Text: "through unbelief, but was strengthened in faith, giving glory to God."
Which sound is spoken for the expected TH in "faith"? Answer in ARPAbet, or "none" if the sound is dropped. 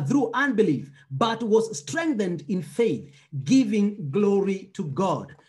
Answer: TH